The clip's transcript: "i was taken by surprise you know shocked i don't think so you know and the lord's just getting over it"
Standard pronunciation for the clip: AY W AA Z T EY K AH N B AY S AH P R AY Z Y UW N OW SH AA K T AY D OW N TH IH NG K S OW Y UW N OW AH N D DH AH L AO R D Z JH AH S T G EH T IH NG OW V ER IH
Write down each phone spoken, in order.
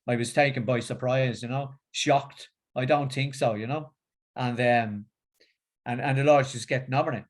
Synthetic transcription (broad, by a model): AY W AA Z T EY K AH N B AY S AH P R AY Z Y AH N OW SH AA K T AY D OW N TH IH NG K S OW Y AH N OW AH N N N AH L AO R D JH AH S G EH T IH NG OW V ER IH